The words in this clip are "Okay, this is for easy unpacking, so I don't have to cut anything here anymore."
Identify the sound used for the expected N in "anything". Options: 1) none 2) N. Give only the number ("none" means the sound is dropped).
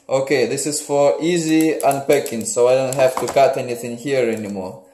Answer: 2